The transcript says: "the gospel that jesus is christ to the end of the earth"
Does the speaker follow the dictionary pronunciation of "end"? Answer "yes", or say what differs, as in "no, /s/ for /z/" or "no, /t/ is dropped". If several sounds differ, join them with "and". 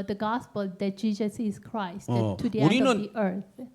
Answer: no, /n/ is dropped